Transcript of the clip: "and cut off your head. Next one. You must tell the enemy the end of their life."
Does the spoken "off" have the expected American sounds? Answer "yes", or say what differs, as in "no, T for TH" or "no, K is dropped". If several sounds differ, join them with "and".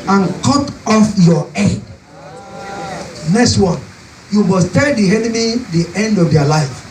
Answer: yes